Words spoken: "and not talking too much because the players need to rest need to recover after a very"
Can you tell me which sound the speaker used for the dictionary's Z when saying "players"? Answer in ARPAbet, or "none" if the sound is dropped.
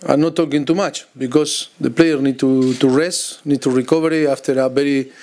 none